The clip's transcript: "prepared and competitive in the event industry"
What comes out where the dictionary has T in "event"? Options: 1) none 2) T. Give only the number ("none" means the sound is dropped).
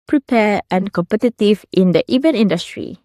1